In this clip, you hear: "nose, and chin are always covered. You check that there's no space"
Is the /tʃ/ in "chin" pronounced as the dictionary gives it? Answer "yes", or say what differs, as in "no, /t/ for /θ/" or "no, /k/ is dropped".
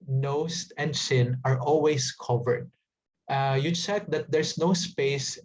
no, /s/ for /tʃ/